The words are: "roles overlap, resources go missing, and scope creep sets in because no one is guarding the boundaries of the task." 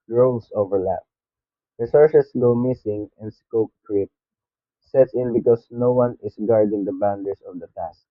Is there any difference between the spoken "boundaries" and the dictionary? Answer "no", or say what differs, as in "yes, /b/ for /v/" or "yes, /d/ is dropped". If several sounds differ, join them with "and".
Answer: yes, /s/ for /z/